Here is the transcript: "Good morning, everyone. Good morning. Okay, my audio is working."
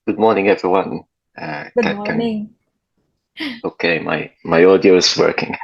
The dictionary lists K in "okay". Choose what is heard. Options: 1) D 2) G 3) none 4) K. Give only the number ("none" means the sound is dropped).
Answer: 3